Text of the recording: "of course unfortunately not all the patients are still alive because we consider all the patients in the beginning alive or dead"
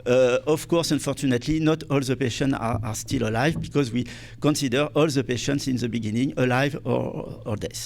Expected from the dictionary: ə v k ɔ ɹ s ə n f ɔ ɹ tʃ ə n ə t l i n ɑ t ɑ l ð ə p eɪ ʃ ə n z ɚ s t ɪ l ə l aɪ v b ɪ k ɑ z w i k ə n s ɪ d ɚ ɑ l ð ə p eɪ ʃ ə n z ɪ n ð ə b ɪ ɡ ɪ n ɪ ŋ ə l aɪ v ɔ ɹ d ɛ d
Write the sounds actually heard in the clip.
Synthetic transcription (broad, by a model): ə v k ɔ ɹ s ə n f ɔ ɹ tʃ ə n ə t l i n ɑ t ɑ l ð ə p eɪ ʃ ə n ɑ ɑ s t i l ə l aɪ v b ɪ k ɑ z w i k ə n s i d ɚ ɑ l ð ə p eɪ ʃ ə n s ɪ n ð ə b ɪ ɡ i n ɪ ŋ ə l aɪ v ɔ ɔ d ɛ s